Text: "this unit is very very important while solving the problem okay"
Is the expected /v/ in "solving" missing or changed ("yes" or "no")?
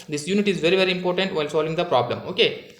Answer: no